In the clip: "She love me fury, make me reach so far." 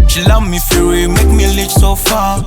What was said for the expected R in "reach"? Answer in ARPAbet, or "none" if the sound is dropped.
L